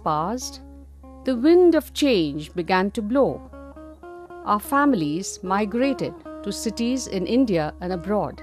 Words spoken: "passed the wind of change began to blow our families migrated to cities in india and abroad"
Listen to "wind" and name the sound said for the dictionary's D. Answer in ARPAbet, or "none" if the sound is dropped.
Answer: D